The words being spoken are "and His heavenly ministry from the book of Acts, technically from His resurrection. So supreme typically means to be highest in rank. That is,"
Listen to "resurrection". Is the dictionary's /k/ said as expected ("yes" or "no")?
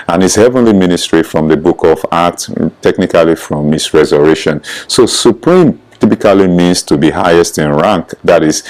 no